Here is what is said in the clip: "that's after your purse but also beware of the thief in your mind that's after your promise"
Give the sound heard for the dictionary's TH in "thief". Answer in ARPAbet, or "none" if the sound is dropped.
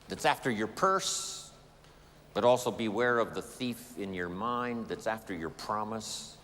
TH